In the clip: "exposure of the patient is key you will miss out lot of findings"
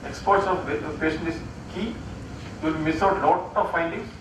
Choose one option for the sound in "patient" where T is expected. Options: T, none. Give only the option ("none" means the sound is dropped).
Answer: none